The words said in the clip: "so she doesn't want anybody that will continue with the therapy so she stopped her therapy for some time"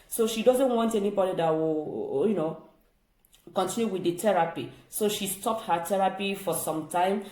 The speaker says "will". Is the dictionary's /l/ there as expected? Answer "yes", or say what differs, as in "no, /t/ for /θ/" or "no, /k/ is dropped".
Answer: no, /n/ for /l/